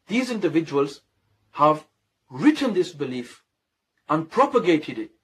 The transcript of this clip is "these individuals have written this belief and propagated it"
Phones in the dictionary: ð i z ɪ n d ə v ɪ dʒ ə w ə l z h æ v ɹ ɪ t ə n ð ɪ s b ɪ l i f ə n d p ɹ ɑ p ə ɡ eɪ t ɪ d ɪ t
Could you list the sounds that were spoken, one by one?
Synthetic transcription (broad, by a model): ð i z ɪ n d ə v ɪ dʒ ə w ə l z h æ v ɹ ɪ t ə n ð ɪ s b ɪ l i f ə n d p ɹ ɑ p ə ɡ eɪ t ɪ d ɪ t